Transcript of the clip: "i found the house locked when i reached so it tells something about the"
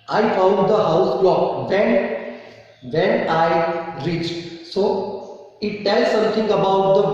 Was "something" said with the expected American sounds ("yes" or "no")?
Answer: no